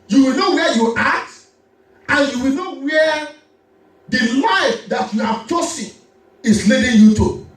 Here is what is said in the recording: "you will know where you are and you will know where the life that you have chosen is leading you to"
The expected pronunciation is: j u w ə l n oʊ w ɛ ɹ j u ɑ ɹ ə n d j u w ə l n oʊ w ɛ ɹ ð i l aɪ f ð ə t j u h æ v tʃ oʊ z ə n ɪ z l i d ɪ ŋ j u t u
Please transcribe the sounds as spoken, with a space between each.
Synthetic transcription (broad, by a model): j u w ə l n oʊ w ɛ j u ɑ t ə n j u w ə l n oʊ w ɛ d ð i l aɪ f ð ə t j u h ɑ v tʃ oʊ s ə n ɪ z l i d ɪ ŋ j u t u